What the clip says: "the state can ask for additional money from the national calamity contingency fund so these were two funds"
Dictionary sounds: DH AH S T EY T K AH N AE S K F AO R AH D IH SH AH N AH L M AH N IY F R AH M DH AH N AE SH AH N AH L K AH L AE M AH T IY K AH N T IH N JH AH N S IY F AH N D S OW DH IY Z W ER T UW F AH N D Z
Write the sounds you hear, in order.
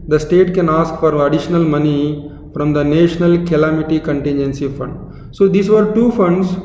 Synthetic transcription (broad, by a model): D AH S T EY T K AH N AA S K F AO R AH D IH SH AH N AH L M AH N IY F R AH M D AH N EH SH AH N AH L K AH L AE M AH T IY K AH N T IH N JH AH N S IY F AH N D S OW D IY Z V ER T UW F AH N D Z